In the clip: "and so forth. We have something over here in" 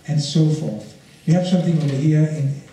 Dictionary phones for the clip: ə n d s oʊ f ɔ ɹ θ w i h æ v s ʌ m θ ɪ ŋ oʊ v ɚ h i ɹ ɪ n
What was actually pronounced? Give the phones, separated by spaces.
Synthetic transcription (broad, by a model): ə n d s oʊ f ɔ ɹ θ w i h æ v s ʌ m θ ɪ ŋ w w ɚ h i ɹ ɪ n